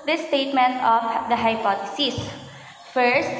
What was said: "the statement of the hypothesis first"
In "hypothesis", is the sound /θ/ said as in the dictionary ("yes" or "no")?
no